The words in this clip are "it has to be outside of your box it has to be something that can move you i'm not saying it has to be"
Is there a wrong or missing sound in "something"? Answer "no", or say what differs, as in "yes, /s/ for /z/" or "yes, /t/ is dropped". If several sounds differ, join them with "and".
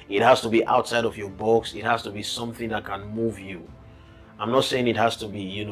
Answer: no